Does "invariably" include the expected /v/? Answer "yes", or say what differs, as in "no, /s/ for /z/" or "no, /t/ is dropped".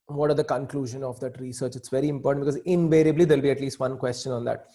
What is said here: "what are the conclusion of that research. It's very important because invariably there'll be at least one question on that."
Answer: yes